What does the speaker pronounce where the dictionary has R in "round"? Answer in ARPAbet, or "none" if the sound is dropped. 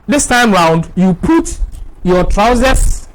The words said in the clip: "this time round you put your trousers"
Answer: R